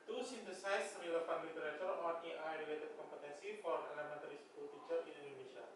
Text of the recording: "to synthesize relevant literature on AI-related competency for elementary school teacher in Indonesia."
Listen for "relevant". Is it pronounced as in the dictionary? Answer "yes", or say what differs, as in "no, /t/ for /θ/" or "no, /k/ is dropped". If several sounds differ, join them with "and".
no, /p/ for /v/